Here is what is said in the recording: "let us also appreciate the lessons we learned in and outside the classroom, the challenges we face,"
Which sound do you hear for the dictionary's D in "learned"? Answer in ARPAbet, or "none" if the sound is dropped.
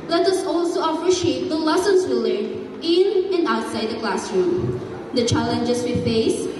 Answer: none